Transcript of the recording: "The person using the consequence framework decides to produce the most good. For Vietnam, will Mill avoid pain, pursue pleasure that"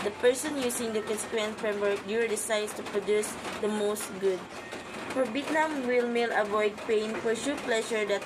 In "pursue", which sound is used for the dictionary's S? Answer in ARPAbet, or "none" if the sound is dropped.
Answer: SH